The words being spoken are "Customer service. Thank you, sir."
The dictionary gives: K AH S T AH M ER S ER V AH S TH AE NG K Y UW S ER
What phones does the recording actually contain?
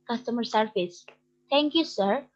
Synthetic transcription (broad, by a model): K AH S T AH M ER S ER F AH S T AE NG K Y UW S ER